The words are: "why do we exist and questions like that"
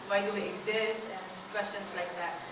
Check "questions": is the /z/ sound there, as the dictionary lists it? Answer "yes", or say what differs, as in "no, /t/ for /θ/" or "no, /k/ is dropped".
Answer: no, /s/ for /z/